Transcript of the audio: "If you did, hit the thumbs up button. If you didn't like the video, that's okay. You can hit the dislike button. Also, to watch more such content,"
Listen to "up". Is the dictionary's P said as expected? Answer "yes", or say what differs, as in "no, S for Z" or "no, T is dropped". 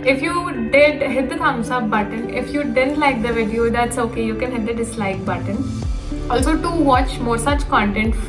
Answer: no, B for P